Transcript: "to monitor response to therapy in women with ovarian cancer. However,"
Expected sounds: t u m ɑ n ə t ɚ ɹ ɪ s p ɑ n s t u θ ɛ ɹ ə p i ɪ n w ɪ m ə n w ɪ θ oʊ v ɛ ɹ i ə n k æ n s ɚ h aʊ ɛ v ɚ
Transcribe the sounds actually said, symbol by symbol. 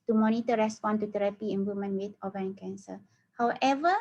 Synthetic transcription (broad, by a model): t u m ɑ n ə t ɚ ɹ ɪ s p ɑ n t u t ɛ ɹ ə p i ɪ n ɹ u m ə n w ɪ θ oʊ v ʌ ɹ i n k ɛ n s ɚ h aʊ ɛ v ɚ